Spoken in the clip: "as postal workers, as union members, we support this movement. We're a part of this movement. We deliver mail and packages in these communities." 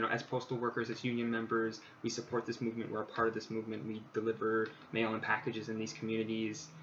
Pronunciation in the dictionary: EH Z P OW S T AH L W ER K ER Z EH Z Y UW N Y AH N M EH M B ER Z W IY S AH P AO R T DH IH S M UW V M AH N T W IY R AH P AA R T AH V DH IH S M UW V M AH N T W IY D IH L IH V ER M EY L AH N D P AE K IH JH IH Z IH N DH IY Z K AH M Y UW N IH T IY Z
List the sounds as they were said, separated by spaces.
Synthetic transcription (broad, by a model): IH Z P OW S T L W ER K ER Z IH Z Y UW N Y AH N M EH M B ER Z W IY S AH P AO R T DH IH S M UW V M AH N T W IY R AH P AA R T AH V DH IH S M UW V M AH N T W IY D IH L IH V ER M EY L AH N P AE K IH JH IH Z IH N DH IY Z K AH M Y UW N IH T IY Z